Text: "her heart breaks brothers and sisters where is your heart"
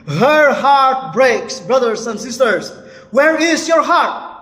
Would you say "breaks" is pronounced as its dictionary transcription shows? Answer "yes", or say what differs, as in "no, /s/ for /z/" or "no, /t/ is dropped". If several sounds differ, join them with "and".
yes